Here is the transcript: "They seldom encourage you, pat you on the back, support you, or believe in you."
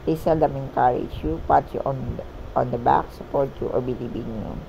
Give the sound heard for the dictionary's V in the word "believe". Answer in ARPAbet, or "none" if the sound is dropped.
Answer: B